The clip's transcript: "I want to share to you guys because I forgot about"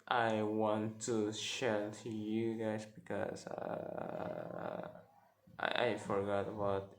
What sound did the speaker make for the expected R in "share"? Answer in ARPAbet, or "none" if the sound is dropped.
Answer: L